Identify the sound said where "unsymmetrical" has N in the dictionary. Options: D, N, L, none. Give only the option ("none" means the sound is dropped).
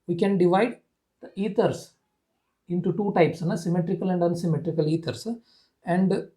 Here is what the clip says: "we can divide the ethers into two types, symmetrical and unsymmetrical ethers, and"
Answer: N